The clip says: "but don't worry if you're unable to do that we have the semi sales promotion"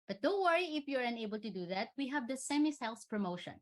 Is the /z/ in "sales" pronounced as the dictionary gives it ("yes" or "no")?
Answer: no